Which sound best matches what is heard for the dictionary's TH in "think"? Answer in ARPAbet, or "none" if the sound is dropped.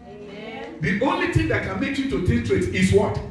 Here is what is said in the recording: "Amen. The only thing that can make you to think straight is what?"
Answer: T